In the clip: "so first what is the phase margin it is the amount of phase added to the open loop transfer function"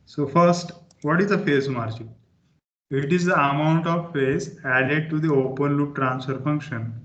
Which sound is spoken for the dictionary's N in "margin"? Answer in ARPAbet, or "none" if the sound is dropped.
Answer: none